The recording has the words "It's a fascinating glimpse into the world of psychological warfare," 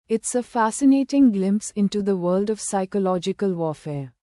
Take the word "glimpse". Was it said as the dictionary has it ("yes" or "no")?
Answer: yes